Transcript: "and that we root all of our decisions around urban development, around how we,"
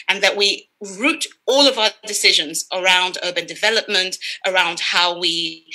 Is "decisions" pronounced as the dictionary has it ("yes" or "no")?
yes